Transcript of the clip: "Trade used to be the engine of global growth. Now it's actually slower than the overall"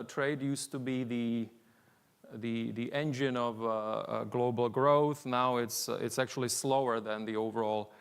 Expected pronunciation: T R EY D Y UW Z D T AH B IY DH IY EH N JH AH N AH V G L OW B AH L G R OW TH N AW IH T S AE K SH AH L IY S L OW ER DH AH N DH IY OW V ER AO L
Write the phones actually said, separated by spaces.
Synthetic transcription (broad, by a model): T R EY D Y UW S T AH B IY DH IY EH N JH AH N AH V G L OW B L G R OW TH N AW IH T S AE K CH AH L IY S L OW ER DH AH N DH IY OW V ER AO L